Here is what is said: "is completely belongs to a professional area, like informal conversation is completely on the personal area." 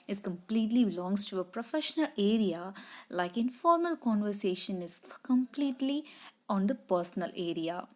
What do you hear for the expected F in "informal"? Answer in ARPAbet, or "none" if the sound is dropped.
F